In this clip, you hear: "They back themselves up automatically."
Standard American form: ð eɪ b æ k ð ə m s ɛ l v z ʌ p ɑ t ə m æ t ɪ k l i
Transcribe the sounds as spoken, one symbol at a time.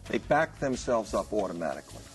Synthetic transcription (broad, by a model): ð eɪ b æ k ð ə m s ɛ l v z ʌ p ɑ t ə m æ t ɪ k l i